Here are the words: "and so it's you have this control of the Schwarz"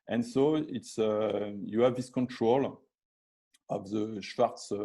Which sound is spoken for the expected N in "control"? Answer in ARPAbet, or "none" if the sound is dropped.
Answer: N